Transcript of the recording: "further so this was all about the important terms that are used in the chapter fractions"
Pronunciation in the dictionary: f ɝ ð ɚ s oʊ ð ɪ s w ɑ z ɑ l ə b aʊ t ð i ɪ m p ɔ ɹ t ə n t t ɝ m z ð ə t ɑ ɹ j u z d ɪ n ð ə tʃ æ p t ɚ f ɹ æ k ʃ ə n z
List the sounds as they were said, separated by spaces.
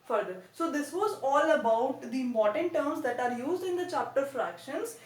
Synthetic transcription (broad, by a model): f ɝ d ɚ s oʊ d ɪ s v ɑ z ɑ l ə b aʊ t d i m ɔ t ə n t t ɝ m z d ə t ɑ ɹ j u z d ɪ n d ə tʃ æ p t ɚ f ɹ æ k ʃ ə n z